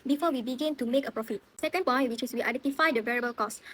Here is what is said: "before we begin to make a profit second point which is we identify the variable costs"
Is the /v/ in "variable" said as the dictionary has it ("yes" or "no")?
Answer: yes